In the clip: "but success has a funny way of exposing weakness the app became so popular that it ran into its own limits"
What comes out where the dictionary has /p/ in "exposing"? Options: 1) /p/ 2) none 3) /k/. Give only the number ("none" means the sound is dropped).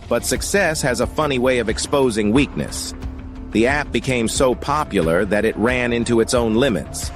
1